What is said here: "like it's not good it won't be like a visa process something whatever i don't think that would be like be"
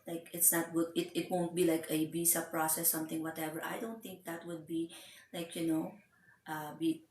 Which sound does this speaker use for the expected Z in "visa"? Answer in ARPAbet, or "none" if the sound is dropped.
S